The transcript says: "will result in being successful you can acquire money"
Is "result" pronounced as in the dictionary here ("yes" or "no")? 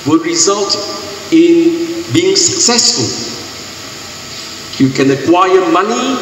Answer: yes